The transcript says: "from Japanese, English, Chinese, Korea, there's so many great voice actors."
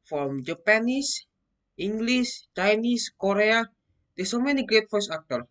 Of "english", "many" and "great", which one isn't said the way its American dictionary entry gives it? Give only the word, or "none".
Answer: english